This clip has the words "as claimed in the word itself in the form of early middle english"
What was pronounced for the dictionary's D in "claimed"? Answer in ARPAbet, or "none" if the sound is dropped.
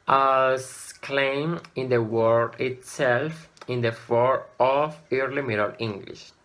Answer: none